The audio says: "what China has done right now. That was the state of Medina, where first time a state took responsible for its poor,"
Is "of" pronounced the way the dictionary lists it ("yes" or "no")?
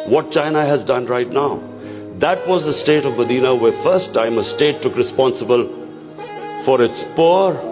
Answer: yes